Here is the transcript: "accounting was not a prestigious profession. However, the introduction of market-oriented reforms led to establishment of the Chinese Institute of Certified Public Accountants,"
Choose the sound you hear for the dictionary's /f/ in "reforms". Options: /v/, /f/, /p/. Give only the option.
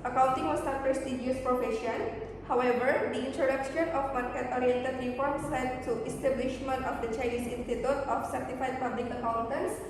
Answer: /p/